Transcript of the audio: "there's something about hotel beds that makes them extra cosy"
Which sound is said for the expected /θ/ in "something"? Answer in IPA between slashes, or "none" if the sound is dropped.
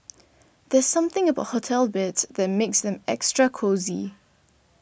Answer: /θ/